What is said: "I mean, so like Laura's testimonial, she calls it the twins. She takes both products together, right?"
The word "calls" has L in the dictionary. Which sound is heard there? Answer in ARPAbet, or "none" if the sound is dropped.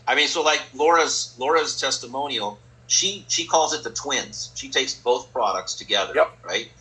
L